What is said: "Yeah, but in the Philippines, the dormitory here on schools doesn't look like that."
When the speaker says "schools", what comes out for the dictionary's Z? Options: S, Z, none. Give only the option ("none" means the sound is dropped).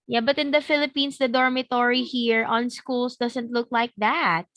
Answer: S